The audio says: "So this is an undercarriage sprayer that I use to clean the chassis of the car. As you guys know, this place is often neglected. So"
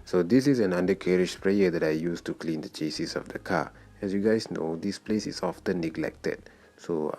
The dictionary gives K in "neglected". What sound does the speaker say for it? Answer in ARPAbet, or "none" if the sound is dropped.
K